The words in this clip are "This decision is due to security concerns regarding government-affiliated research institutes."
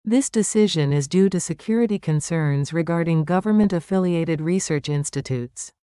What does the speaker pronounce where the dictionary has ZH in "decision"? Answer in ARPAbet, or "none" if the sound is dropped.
ZH